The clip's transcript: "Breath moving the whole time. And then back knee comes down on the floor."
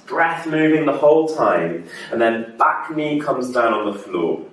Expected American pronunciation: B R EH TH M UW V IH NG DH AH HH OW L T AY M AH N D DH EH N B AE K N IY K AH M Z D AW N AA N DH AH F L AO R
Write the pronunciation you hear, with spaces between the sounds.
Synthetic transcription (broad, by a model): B R EH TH M UW V IH NG DH AH HH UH L T AY M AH N DH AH N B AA K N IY K AH M Z D AW N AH N DH AH F L AO